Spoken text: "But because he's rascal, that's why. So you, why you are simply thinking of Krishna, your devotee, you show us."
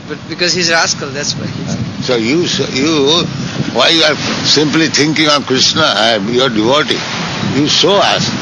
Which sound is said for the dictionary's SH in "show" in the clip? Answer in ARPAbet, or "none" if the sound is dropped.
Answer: S